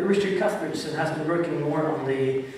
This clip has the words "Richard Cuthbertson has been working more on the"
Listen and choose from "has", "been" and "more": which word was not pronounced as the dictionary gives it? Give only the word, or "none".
none